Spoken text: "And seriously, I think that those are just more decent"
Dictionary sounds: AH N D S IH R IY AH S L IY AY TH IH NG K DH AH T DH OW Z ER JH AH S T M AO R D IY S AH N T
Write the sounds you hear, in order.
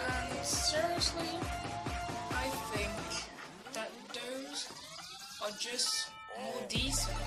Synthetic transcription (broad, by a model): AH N S IH R IY AH S L IY AY TH IH NG K DH AH T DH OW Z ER JH AH S T M AO R D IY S